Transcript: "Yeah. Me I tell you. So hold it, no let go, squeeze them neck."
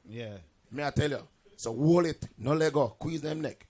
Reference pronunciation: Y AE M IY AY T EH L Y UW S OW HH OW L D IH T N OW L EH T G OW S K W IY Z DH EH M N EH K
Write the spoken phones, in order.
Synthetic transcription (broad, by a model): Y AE M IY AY T EH L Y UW S OW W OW L IH T N OW L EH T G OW K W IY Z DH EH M N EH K